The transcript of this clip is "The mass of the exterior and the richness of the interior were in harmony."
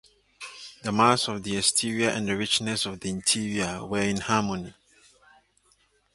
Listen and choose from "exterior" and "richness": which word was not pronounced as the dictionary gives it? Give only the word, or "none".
exterior